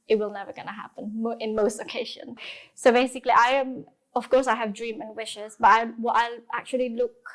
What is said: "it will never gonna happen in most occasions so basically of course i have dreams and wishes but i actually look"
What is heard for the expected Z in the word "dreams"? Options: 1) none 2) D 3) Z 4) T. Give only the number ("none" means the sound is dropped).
1